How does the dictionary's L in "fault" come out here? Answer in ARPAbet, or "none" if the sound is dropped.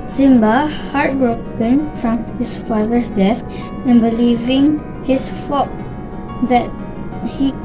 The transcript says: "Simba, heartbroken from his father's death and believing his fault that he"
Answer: none